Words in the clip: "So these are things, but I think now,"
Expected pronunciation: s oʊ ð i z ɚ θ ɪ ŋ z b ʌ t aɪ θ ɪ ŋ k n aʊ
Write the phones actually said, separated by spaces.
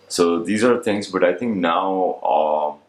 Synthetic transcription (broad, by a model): s oʊ ð i z ɚ θ ɪ ŋ z b ʌ t aɪ θ ɪ ŋ k n aʊ